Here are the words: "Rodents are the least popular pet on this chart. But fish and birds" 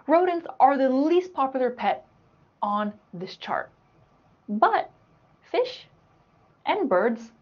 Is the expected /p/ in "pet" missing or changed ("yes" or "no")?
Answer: no